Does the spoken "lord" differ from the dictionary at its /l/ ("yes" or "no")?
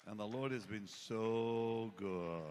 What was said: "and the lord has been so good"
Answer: no